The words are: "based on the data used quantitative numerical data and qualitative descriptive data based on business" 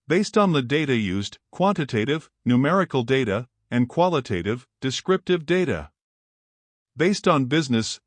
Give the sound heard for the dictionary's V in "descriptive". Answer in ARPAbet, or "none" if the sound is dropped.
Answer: V